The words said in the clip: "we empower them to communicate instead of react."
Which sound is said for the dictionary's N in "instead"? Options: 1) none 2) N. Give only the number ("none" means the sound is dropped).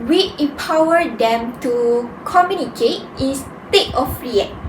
1